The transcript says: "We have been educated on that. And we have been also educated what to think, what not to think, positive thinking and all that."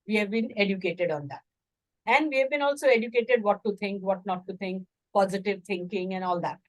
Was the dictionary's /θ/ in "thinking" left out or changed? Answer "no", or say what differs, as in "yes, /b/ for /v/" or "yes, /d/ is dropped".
yes, /t/ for /θ/